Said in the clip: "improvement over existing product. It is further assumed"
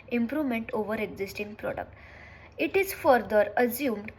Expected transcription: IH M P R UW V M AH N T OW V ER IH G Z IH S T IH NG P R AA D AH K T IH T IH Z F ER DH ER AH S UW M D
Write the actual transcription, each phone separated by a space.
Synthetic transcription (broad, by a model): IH M P R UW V M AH N T OW V ER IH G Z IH S T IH NG P R AA D AH K T IH T IH Z F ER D ER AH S UW M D